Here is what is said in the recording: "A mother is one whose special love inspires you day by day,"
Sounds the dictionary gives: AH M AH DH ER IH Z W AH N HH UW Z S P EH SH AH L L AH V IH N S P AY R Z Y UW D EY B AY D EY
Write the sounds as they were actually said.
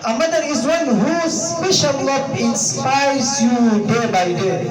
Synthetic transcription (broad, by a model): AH M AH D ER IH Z W AH N HH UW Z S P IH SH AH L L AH P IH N S P AY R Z Y UW D EY B AY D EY